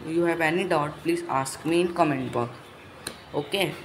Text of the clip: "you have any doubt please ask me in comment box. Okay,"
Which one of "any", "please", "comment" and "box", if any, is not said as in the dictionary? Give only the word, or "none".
box